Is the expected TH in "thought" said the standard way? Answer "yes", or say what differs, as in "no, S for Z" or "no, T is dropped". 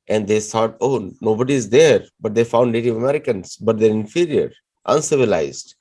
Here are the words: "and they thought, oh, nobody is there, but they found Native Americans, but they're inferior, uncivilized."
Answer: no, S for TH